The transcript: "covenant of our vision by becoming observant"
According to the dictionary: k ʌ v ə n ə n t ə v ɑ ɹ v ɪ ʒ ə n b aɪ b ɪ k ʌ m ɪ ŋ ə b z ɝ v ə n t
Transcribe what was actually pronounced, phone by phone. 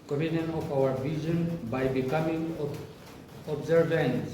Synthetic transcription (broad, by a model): k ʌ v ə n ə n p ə w ɑ ɹ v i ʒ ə n b aɪ b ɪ k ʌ m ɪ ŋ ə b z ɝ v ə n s